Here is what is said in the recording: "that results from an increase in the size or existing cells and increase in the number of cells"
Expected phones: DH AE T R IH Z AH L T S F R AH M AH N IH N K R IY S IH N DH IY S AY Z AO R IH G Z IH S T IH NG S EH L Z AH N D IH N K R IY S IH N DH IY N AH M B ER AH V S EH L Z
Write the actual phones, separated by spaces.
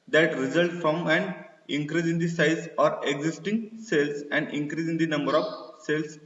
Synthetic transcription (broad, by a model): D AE T R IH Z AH L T F R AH M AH N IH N K R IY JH IH N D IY S AY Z AO R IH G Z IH S T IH NG S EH L S AH N D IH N K R IY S IH N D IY N AH M B ER AH V S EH L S